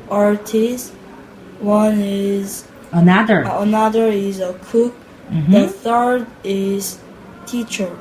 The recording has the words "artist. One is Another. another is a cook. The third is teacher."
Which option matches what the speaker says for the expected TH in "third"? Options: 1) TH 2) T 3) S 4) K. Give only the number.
1